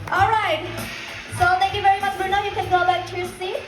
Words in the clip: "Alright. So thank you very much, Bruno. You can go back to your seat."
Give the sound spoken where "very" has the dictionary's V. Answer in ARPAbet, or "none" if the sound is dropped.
V